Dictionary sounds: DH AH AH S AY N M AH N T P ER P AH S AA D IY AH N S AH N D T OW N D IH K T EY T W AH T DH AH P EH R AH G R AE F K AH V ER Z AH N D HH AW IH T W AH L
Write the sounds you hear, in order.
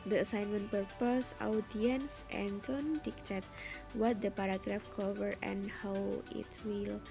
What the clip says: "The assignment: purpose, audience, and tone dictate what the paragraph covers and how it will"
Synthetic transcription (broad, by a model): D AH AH S AY N M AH N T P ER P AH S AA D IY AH N S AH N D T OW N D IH K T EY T W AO T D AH P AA R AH G R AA F K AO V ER AH N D HH AW IH T W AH L